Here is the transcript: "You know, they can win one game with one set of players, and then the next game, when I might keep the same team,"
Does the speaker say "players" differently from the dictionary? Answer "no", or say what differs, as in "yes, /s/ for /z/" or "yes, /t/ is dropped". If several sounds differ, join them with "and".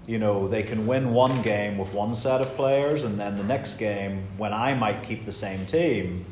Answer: no